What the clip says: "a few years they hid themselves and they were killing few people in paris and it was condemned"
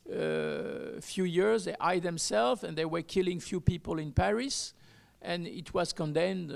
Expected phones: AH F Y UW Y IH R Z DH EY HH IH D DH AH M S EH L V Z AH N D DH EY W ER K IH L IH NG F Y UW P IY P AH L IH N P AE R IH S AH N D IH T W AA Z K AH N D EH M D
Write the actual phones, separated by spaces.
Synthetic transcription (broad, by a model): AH F Y UW Y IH R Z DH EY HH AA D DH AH M S EH L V AH N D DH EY W ER K IH L IH NG F Y UW P IY P AH L IH N P AE R IH S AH N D IH T W AA Z K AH N D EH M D